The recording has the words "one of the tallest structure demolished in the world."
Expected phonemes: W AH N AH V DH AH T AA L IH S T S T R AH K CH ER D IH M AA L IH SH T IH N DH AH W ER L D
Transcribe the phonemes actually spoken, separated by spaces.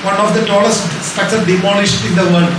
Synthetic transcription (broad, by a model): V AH N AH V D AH T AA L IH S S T AH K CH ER D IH M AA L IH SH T IH N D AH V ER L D